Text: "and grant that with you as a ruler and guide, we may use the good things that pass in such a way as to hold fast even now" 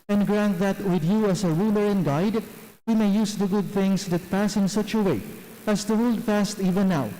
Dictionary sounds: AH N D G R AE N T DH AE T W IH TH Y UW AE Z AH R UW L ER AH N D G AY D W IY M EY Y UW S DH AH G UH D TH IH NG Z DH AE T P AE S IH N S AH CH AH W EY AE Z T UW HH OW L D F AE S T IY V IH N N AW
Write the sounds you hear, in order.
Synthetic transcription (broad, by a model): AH N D G R AE N T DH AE T W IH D Y UW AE S AH R UW L ER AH N G AY D W IY M EY Y UW S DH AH G UH D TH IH NG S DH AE T P AE S IH N S AH CH AH W EY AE S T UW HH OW L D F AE S T IY V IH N N AW